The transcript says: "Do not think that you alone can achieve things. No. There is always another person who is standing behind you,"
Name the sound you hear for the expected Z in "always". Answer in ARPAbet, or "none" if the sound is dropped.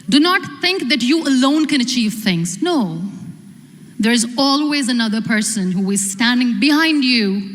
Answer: Z